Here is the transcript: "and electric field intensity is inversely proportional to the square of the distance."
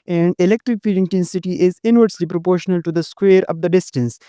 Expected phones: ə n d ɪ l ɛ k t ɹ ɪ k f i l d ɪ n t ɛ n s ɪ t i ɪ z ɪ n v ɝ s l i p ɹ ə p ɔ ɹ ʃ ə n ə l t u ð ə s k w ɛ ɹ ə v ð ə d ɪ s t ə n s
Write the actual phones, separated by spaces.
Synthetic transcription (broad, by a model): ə n d ɪ l ɛ k t ɹ ɪ k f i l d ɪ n t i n s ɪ t i ɪ z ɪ n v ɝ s l i p ɹ ə p ɔ ɹ ʃ ə n ə l t u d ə s k w ɛ ɹ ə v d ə d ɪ s t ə n s